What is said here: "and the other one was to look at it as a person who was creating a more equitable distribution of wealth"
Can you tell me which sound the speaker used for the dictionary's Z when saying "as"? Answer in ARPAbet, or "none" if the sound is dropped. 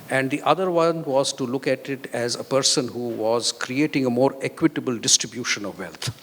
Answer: Z